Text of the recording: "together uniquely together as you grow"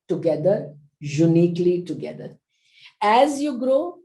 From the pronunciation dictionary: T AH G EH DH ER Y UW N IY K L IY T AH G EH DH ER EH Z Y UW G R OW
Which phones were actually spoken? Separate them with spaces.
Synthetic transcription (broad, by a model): T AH G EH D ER Y UW N IY K L IY T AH G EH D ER EH Z Y UW G R OW